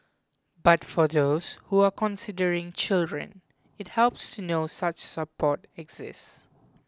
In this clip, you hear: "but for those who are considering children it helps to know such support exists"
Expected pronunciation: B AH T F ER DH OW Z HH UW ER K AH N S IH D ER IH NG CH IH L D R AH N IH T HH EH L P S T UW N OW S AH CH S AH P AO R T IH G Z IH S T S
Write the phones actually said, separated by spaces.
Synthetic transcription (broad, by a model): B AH T F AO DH OW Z HH UW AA K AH N S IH D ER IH NG CH IH L D R AH N IH T HH EH L P S T UW N OW S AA CH S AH P AO T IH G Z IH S S